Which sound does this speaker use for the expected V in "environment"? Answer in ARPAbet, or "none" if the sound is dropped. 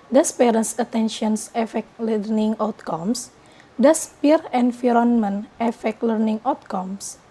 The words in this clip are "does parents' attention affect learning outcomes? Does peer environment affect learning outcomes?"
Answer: F